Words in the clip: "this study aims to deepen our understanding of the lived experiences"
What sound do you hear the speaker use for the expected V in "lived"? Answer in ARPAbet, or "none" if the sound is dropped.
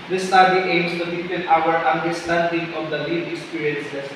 none